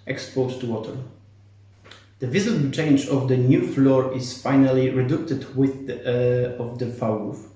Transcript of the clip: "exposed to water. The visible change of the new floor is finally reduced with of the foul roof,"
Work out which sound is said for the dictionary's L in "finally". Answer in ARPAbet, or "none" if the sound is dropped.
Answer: L